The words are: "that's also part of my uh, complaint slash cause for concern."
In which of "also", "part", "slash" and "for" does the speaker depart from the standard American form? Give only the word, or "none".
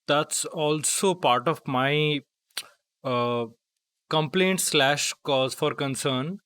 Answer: none